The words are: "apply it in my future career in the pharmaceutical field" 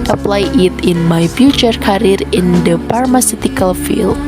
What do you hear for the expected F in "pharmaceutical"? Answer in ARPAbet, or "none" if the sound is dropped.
P